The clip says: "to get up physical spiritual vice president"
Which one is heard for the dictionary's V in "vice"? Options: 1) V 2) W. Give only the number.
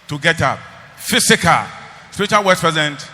2